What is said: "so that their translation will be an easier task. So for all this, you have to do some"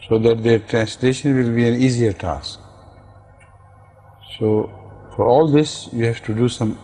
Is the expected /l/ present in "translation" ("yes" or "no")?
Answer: yes